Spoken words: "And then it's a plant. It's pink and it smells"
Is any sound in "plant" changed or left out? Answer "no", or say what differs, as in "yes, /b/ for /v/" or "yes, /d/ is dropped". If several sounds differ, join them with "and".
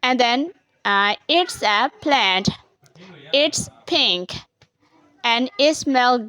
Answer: no